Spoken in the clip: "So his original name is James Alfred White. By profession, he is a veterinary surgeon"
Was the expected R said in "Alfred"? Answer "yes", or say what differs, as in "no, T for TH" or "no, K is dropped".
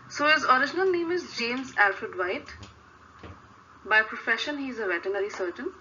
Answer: yes